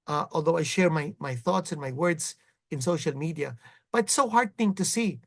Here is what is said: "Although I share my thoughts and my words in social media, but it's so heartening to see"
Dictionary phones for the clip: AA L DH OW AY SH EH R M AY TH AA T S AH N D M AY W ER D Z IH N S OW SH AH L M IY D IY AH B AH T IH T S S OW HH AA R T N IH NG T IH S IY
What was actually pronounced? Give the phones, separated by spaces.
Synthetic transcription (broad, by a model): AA L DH OW AY SH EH R M AY TH AA T S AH N M AY W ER D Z IH N S OW SH AH L M IY D IY AH B AH T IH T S S OW HH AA R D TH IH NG T IH S IY